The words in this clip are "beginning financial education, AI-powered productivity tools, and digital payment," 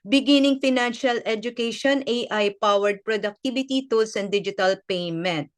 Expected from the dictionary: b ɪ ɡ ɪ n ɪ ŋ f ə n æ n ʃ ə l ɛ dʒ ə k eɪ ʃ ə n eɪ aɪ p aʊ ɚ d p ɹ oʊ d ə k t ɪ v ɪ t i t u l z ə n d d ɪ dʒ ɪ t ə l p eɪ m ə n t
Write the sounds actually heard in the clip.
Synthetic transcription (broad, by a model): b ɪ ɡ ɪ n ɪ ŋ f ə n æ n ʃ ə l ɛ dʒ ə k eɪ ʃ ə n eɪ aɪ p aʊ ɚ d p ɹ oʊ d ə k t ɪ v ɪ t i t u l s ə n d d ɪ dʒ ɪ t ə l p eɪ m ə n t